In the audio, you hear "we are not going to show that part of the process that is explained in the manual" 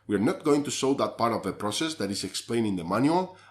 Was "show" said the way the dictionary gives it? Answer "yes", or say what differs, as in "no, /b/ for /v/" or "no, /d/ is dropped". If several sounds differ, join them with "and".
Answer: no, /s/ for /ʃ/